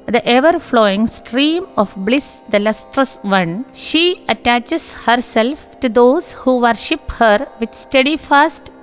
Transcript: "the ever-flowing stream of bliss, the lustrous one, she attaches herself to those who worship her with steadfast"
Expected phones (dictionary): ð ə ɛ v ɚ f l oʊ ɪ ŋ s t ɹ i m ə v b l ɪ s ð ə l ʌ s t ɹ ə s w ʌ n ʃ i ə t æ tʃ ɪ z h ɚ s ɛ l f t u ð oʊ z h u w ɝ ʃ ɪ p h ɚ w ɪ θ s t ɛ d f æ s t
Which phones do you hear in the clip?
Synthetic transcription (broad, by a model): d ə ɛ v ɚ f l oʊ ɪ ŋ s t ɹ i m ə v b l ɪ s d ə l ʌ s t ɹ ə s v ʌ n ʃ i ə t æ tʃ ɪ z h ɚ s ɛ l f t u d oʊ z h u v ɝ ʃ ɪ p h ɚ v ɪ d s t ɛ d f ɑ s t